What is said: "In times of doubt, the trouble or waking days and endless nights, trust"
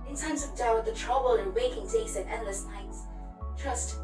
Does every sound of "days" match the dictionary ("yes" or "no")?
no